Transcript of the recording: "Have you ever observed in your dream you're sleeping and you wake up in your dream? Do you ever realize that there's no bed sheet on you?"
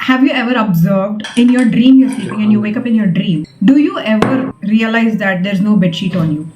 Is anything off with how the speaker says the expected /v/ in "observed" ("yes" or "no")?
no